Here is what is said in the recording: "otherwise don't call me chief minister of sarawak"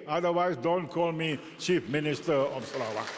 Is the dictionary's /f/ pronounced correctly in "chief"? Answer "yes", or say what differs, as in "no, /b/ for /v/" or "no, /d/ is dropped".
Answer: yes